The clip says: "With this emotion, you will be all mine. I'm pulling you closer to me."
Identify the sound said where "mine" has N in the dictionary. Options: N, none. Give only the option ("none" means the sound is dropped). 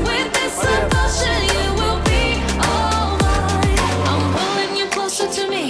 none